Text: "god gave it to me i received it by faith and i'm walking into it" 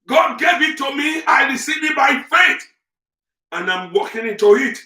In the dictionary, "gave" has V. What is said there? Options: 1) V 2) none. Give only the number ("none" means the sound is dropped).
1